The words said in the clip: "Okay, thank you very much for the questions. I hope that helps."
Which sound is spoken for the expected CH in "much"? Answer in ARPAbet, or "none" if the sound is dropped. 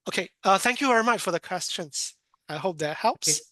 CH